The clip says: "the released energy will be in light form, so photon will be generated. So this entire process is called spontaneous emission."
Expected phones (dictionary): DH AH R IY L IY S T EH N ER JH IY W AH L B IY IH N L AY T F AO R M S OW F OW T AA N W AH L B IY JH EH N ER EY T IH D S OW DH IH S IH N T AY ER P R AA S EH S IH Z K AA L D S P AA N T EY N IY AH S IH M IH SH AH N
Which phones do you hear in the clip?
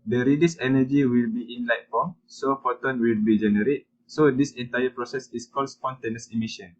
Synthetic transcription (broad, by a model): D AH R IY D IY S EH N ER JH IY W AH L B IY IH N L AY T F AO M S OW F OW T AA N W AH L B IY JH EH N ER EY T S OW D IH S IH N T AY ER P R AA S EH S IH S K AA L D S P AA N T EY N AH S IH M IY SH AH N